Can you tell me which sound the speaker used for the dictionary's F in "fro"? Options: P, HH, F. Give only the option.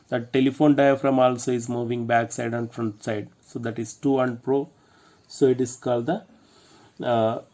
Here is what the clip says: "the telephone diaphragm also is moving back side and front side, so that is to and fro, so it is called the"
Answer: P